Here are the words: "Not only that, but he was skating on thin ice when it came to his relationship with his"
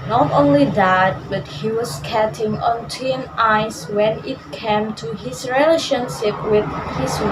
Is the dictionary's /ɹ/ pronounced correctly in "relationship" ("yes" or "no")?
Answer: yes